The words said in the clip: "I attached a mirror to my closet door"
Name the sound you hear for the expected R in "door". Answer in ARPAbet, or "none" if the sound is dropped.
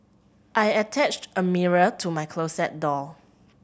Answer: L